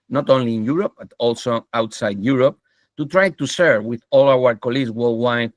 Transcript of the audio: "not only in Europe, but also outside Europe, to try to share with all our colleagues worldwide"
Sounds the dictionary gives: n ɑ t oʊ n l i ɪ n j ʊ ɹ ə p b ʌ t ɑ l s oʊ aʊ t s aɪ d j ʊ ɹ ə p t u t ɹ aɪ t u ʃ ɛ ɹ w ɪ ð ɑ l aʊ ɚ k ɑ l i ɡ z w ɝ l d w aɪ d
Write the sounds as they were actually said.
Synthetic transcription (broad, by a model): n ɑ t oʊ n l i n j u ɹ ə p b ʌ t ɑ l s oʊ aʊ t s aɪ d j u ɹ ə p t u t ɹ aɪ t u s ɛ ɹ w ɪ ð ɑ l aʊ ɚ k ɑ l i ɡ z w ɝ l w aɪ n